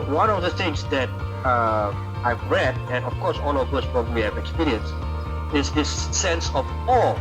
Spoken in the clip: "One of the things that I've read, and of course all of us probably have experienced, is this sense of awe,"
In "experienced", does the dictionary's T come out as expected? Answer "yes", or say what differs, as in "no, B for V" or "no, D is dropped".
no, T is dropped